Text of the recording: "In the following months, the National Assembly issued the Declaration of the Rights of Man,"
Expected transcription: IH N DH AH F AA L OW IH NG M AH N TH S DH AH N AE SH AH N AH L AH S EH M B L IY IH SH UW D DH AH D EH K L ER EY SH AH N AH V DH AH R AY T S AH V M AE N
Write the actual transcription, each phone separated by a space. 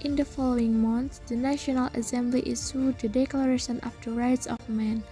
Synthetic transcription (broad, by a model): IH N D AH F AA L OW IH NG M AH N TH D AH N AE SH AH N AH L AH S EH M B L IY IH S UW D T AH D EH K L ER EY SH AH N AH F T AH R AY T S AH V M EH N